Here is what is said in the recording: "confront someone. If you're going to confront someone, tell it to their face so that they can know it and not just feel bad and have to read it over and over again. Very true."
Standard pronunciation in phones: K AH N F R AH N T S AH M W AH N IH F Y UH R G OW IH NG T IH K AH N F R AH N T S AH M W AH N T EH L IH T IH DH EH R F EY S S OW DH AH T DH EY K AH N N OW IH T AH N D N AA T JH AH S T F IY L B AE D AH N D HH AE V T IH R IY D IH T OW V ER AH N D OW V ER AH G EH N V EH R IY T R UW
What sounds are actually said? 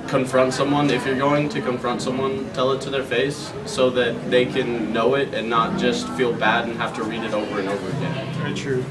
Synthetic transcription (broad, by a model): K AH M F R AH N T S AH M W AH N IH F Y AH R G OW IH NG T IH K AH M F R AH N T S AH M W AH N T EH L IH T IH DH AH R F EY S S OW DH AH T DH EY K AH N N OW IH T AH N N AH T JH AH S T F IY L B AE D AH N HH AE F T IH R IY D IH T OW V ER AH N OW V ER AH G EH N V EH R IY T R UW